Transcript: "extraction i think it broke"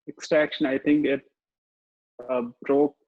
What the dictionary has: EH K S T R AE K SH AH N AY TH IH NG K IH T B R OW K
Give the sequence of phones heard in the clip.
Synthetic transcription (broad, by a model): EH K S T R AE K SH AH N AY T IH NG K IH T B R OW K